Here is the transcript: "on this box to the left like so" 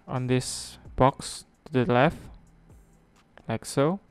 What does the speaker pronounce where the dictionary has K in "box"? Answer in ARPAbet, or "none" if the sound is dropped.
K